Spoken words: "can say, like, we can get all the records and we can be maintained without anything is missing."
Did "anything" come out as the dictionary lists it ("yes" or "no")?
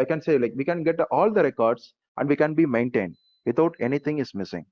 no